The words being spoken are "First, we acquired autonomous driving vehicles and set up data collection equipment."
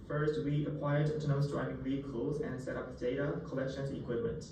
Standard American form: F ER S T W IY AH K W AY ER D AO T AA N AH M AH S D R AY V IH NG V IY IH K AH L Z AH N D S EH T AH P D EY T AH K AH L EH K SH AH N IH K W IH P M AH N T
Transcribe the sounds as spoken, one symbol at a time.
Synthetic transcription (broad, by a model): F ER S T W IY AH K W AY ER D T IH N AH AH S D R AY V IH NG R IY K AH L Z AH N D S EH T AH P D EY T AH K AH L EH K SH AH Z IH K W IH P M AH N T